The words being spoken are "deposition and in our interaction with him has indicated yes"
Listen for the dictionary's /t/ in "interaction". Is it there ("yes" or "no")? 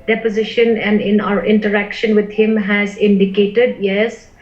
yes